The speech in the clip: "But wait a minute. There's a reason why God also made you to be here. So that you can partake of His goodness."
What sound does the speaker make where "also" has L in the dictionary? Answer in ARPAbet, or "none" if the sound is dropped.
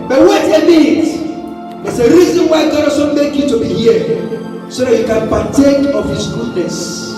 none